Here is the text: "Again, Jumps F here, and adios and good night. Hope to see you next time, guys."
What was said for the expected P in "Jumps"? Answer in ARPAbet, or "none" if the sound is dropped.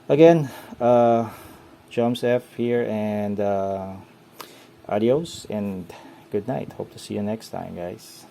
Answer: none